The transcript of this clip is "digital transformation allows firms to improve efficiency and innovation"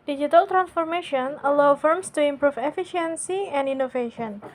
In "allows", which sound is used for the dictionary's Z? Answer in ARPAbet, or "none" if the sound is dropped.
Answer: none